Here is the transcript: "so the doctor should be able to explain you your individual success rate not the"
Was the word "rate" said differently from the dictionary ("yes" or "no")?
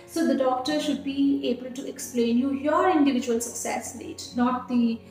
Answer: yes